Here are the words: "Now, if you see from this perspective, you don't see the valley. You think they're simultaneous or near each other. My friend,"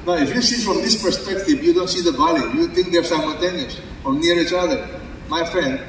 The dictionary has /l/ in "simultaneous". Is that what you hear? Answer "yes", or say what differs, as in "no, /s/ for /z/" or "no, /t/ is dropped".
no, /n/ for /l/